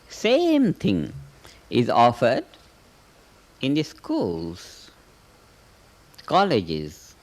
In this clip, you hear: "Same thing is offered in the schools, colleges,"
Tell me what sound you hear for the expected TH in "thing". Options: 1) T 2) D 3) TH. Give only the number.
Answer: 1